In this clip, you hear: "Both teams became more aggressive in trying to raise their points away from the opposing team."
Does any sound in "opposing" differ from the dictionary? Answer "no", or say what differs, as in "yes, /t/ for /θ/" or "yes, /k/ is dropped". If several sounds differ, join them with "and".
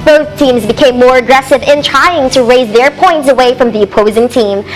no